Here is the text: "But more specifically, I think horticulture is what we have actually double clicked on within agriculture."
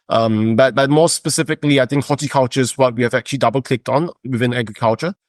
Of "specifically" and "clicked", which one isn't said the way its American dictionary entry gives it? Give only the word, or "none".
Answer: none